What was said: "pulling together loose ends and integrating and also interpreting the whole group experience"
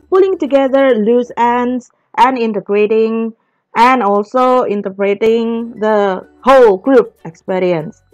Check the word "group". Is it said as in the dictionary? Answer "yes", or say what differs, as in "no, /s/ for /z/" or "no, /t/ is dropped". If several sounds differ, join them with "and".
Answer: no, /b/ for /p/